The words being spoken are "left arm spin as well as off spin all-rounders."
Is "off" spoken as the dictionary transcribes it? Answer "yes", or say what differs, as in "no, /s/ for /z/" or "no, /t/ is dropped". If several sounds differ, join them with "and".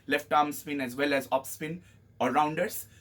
no, /p/ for /f/